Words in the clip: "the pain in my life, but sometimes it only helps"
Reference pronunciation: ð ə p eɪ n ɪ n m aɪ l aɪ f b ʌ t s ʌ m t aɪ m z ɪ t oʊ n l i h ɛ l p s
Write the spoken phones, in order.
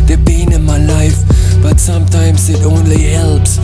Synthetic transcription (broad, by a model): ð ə b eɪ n ɪ n m aɪ l aɪ f b ʌ t s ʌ m t aɪ m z ɪ t oʊ n l i h ɛ l p s